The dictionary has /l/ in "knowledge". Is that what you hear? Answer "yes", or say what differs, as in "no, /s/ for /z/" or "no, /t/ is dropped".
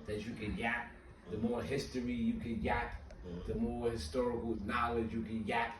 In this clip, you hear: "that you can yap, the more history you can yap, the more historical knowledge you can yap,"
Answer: yes